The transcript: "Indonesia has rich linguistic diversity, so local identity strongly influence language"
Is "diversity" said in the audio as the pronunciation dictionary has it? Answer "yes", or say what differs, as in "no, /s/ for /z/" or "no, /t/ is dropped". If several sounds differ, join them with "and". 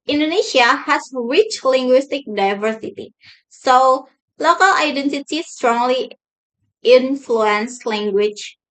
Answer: yes